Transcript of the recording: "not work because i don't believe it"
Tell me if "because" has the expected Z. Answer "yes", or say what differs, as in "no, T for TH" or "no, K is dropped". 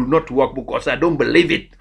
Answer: no, S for Z